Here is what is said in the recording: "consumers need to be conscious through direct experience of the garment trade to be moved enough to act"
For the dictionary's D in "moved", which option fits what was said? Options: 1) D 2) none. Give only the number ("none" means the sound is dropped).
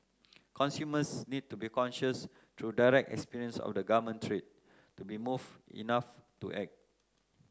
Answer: 2